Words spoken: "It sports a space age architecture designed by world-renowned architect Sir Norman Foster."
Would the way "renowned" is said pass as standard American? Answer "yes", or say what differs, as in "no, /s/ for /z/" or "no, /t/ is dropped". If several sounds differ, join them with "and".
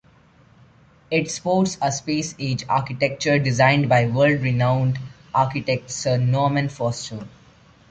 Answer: yes